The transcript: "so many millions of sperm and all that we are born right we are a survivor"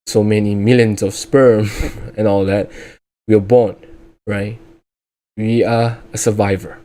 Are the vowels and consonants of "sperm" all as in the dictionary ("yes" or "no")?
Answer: yes